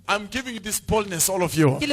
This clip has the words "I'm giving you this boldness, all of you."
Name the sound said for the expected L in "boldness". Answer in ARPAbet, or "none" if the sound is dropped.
L